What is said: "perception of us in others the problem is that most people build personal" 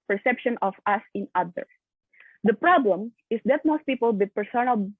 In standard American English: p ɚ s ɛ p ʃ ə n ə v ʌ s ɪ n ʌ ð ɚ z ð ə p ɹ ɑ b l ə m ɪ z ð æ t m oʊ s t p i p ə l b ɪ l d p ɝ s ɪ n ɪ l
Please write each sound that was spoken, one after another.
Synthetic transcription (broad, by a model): p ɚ s ɛ p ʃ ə n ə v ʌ s ɪ n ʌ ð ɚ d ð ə p ɹ ɑ b l ə m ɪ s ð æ t m oʊ s t p i p ə l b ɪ d p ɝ s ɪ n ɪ l